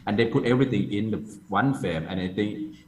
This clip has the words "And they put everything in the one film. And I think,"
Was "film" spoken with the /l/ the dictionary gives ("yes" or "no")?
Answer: no